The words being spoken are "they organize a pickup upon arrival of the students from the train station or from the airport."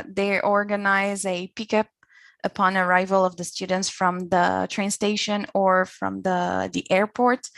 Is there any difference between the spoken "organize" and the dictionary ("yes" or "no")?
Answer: no